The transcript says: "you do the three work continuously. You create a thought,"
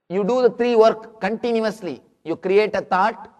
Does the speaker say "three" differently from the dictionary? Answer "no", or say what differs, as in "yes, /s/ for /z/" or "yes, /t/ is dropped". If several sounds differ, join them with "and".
yes, /t/ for /θ/